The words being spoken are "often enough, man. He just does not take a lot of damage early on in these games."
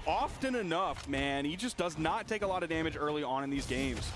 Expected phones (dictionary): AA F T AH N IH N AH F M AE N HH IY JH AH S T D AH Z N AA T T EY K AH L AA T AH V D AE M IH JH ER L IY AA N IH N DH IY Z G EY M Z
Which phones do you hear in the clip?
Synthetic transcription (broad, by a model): AA F T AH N IH N AH F M AE N HH IY JH AH S D AH Z N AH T T EY K AH L AA T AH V D AE M IH JH ER L IY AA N IH N DH IY Z G EY M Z